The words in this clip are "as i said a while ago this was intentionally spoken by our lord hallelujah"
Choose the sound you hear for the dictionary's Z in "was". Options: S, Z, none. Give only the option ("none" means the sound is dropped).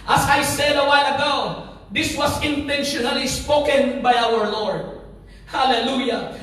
S